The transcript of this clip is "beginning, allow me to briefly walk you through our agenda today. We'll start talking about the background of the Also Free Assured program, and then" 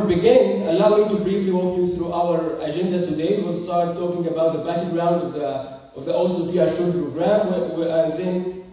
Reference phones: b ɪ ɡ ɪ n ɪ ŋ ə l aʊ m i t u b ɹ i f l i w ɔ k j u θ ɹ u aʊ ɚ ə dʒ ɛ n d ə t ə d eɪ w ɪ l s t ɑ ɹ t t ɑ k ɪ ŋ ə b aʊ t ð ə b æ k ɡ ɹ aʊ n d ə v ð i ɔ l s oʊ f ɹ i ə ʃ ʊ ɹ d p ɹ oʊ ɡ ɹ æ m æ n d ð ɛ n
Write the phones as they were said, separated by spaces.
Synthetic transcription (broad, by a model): b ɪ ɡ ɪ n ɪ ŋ ə l aʊ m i t u b ɹ i f l i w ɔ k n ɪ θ ɹ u aʊ ɚ ə dʒ ɛ n d ə t ə d eɪ w ɪ l s t ɑ ɹ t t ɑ k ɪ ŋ ə b aʊ t ð ə b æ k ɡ ɹ aʊ n d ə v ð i ɔ l s oʊ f i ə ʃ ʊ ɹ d p ɹ oʊ ɡ ɹ æ m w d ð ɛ n